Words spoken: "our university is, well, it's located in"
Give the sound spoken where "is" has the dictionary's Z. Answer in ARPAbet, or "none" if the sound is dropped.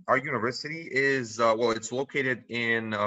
Z